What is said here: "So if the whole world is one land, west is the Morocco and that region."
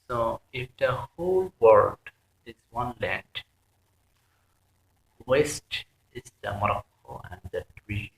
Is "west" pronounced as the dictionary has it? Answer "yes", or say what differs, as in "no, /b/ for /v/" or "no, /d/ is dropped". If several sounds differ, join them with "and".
yes